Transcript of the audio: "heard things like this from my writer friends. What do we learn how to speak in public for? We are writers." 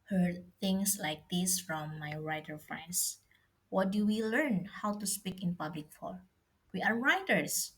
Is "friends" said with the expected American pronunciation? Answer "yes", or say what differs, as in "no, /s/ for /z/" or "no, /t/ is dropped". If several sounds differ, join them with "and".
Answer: no, /s/ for /z/